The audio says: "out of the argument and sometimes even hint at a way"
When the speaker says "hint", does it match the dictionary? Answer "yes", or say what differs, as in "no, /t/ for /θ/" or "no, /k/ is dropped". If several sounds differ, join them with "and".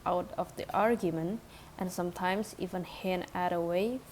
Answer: no, /t/ is dropped